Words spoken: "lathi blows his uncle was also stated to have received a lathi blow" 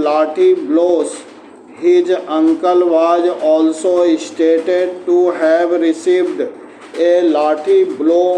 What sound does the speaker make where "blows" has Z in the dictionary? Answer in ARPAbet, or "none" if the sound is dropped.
S